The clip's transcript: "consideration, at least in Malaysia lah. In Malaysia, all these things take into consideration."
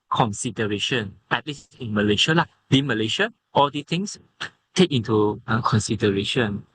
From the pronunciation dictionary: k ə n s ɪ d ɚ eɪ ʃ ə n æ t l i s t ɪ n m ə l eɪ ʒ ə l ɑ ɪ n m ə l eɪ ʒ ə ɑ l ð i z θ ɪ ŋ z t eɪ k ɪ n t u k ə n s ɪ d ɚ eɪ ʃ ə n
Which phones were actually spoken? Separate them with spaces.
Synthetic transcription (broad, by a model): k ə n s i d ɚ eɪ ʃ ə n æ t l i s ɪ n m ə l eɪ ʃ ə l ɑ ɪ m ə l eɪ ʃ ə ɑ l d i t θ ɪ ŋ s t eɪ k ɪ n t u k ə n s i d ɚ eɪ ʃ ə n